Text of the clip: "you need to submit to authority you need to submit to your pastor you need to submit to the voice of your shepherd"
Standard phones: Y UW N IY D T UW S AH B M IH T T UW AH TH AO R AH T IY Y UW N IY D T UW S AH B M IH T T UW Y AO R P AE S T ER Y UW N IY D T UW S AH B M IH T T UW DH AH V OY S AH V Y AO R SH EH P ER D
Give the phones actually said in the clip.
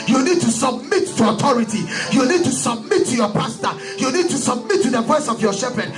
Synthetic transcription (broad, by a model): Y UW N IY D T UW S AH B M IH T T UW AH T AO R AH T IY Y UW N IY D T UW S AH B M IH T T UW Y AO P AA S T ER Y UW N IY D T UW S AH B M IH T T UW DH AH V OY S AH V Y AO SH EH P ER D